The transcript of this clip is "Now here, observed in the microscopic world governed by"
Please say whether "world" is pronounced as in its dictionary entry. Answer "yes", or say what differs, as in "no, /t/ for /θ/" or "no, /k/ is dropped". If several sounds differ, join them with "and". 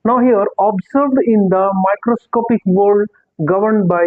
no, /l/ is dropped